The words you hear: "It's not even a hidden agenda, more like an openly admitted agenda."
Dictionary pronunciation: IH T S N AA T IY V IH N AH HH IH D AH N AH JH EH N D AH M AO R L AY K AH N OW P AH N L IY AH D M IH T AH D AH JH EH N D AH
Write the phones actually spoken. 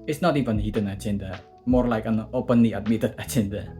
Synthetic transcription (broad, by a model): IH T S N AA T IY V IH N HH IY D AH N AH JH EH N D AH M AO R L AY K AH N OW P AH N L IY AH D M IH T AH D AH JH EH N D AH